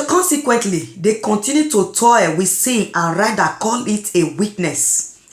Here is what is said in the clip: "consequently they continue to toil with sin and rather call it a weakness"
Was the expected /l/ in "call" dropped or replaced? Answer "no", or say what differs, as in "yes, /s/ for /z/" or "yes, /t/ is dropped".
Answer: yes, /n/ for /l/